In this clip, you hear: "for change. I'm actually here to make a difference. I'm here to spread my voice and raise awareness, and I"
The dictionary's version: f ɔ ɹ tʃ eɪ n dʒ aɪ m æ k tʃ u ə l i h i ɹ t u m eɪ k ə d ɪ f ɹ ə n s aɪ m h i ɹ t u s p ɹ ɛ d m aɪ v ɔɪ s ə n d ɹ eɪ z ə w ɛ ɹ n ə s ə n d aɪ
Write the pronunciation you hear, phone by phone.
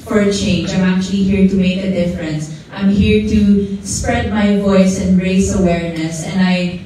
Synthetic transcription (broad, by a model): f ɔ ɹ tʃ eɪ n dʒ aɪ m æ k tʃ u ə l i h i ɹ t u m eɪ k ə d ɪ f ɹ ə n s aɪ m h i ɹ t u s p ɹ ɛ d m aɪ v ɔɪ s ə n d ɹ eɪ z ə w ɛ ɹ n ə s ə n d aɪ